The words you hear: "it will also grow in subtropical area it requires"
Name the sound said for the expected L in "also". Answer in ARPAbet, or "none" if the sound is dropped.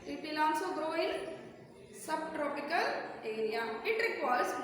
N